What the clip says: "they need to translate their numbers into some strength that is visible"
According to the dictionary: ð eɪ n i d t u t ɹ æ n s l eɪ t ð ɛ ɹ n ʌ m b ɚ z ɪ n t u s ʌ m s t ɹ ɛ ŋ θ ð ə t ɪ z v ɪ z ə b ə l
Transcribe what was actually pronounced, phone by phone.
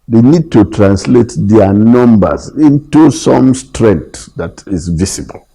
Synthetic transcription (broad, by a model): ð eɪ n i d t u t ɹ æ n s l eɪ t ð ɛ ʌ n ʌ m b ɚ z ɪ n t u s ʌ m s t ɹ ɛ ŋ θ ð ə t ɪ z v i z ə b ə l